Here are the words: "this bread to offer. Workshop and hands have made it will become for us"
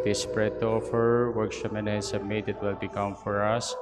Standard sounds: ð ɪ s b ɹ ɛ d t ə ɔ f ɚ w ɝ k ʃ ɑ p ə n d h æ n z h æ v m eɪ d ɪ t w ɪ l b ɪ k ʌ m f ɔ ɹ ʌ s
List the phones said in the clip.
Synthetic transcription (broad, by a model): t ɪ s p ɹ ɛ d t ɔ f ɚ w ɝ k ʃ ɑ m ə n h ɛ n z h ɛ b m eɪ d ɪ t w ɪ l b ɪ k ʌ m f ɔ ɹ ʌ s